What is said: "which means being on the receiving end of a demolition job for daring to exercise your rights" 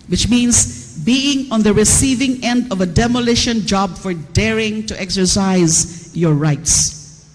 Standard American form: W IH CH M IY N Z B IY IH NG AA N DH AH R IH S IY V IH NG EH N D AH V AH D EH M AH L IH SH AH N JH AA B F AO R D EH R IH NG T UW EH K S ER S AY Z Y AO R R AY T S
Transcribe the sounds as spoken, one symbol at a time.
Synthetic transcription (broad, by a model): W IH CH M IY N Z B IY IH NG AA N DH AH R IH S IY V IH NG EH N D AH V AH D EH M AH L IH SH AH N JH AA B F AO R D EH R IH NG T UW EH K S ER S AY Z Y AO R R AY T S